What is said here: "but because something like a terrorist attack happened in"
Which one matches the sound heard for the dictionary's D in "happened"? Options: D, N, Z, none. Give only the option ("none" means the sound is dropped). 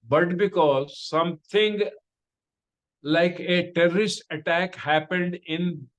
D